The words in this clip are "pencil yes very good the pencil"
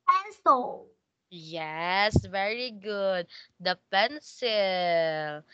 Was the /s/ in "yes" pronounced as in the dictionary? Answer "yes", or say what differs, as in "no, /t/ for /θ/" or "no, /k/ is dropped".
yes